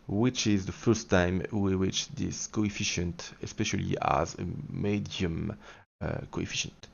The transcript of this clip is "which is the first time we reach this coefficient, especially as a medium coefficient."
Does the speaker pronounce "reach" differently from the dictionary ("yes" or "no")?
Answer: yes